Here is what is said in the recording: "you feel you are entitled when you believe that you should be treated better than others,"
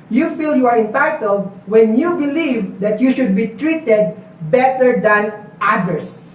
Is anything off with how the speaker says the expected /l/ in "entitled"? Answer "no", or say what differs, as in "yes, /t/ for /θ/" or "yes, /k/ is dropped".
no